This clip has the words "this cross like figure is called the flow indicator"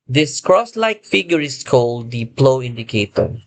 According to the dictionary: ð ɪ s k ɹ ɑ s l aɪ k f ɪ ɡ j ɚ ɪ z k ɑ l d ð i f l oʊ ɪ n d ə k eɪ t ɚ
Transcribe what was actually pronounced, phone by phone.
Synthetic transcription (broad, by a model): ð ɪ s k ɹ ɑ s l aɪ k f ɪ ɡ j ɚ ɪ s k ɑ l d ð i p l oʊ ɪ n d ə k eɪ t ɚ